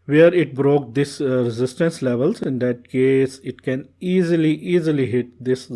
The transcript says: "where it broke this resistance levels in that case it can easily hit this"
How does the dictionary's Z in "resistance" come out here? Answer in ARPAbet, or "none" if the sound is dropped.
Z